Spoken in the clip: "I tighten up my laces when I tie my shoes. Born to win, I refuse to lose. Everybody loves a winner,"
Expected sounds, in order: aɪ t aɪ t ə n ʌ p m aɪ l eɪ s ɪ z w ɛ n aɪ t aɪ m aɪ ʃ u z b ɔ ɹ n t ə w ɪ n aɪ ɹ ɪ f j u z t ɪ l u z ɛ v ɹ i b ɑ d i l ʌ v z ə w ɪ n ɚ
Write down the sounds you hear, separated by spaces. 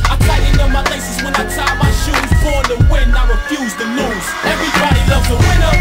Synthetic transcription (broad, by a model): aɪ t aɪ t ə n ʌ m aɪ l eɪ s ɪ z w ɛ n aɪ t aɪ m aɪ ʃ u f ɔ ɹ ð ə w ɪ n aɪ ɹ ɪ f j u z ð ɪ n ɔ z ɛ v ɹ i b ɑ d i l ʌ v z ə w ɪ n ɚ